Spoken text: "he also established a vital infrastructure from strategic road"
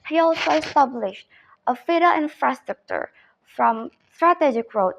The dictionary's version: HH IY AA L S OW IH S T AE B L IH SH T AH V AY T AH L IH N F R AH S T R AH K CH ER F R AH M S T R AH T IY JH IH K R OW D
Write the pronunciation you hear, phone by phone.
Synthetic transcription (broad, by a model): HH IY AA L S OW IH S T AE B L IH SH T AH F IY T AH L IH N F R AH S T R AH K CH ER F R AH M S T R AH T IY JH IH K R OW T